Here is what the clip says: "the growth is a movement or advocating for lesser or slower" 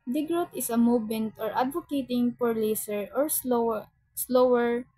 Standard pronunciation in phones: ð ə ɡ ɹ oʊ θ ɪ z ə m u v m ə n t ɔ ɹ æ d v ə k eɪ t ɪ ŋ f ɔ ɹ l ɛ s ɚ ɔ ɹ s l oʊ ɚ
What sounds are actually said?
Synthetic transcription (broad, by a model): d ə ɡ ɹ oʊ t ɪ s ə m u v m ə n t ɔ ɹ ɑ d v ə k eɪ t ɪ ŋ p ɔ ɹ l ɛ s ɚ ɔ ɹ s l oʊ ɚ